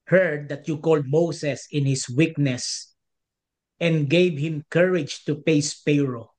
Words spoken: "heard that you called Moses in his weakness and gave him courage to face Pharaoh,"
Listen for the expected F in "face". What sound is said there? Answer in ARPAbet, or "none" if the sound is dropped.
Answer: P